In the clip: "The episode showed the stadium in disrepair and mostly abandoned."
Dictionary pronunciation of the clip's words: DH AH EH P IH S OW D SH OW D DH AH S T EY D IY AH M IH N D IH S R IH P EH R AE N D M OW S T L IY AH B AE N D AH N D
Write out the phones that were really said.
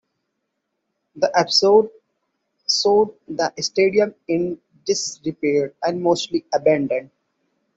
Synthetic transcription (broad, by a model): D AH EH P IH S OW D S OW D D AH S T EY D IY AH M IH N D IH S R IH P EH R AE N D M OW S T L IY AH B AE N D AH N D